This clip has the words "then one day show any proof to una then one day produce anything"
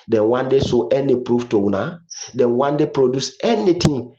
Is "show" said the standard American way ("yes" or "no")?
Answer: no